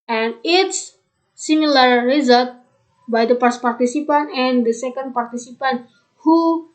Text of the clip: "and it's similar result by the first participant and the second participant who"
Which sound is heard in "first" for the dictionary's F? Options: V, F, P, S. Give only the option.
P